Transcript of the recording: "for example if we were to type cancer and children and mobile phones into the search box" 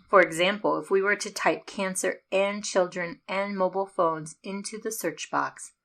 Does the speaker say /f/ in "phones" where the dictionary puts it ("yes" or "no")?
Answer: yes